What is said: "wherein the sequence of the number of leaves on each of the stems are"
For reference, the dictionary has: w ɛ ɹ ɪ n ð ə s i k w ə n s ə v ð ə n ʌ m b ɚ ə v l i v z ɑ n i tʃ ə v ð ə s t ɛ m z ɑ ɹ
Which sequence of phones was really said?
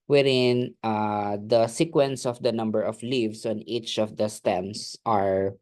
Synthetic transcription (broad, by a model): w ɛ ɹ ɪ n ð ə s i k w ə n s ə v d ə n ʌ m b ɚ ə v l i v s ɑ n i tʃ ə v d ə s t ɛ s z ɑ ɹ